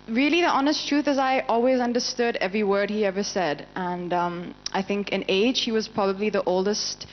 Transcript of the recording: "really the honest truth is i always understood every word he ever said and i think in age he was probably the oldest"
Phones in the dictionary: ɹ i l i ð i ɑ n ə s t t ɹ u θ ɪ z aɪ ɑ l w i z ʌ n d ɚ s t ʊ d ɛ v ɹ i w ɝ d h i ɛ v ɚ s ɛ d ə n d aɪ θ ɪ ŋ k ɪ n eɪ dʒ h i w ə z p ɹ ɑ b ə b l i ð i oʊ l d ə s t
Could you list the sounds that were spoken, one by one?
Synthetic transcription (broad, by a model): ɹ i l i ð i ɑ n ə s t t ɹ u θ ɪ z aɪ ɑ l w i z ʌ n d ɚ s t ʊ d ɛ v ɹ i w ɝ d h i ɛ v ɚ s ɛ d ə n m aɪ θ ɪ ŋ k ɪ n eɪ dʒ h i w ə z p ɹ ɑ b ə b l i ð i oʊ l d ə s t